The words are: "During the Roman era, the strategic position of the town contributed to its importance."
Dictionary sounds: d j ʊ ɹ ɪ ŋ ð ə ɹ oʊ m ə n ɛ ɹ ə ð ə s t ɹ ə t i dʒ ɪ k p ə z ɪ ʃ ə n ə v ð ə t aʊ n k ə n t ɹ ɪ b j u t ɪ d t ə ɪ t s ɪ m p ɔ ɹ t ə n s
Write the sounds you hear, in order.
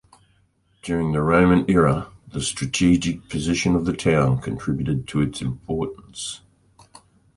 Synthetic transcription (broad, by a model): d j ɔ ɹ ɪ ŋ ð ə ɹ oʊ m ə n ɛ ɹ ə ð ə s t ɹ ə t i dʒ ɪ k p ə z ɪ ʃ ə n ə v ð ə t aʊ n k ə n t ɹ ɪ b j u t ɪ d t ə ɪ t s ɪ m p ɔ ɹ t n s